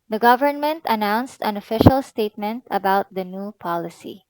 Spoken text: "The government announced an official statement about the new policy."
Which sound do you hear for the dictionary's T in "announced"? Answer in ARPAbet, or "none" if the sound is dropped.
T